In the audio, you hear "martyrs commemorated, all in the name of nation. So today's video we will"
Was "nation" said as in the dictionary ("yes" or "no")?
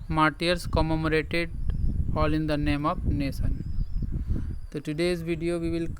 no